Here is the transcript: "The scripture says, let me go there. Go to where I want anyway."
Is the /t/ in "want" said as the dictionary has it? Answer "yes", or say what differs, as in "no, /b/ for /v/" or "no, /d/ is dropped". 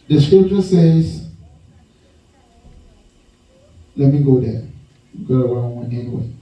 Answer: no, /t/ is dropped